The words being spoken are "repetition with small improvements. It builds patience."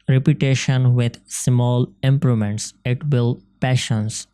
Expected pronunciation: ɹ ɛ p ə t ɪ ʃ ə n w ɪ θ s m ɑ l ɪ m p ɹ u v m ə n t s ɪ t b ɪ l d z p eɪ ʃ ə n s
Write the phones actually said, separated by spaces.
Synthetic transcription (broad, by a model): ɹ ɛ p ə t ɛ ʃ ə n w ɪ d s m ɑ l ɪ m p ɹ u m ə n t s ɪ t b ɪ l p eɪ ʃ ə n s